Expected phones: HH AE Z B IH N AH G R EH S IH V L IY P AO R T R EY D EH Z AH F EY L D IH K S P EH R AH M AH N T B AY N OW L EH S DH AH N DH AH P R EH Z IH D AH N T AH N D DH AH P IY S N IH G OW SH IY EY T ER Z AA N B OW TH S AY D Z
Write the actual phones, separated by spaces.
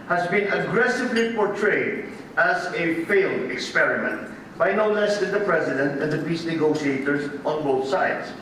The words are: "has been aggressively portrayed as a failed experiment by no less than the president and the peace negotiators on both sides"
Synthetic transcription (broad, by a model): HH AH Z B IH N AH G R EH S IH V L IY P AO R T R EY D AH Z AH F EY L D IH K S P EH R AH M AH N T B AY N OW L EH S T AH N DH AH P R EH Z IH D AH N T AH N DH AH P IY S N IH G OW SH IY EY T ER Z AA N B OW TH S AY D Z